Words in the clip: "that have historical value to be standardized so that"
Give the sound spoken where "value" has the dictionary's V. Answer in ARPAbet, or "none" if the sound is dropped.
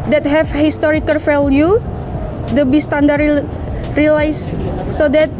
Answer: F